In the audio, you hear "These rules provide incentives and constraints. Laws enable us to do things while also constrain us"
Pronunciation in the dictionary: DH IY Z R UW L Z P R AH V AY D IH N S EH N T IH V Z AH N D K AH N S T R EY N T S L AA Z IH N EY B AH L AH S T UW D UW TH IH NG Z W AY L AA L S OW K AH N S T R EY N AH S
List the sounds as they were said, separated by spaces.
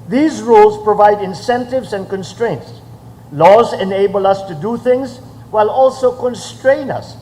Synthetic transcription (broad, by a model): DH IY Z R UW L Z P R AH V AY D IH N S EH N T IH V Z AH N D K AH N S T R EY N T S L AA Z IH N EY B AH L AH S T UW D UW TH IH NG Z W AY L AA L S OW K AH N S T R EY N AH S